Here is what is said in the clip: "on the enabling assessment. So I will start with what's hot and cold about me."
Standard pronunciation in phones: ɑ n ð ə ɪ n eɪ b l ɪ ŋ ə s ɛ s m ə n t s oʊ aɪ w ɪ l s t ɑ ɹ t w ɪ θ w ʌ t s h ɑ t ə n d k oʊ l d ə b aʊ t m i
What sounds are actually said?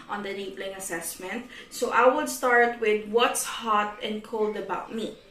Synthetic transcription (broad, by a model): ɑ n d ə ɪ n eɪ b l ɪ ŋ ə s ɛ s m ə n t s oʊ aɪ w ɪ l s t ɑ ɹ t w ɪ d w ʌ t s h ɑ t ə n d k oʊ l d ə b aʊ t m i